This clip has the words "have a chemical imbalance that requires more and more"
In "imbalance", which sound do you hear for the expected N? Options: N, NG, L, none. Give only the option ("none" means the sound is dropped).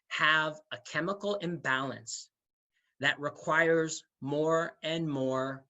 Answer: N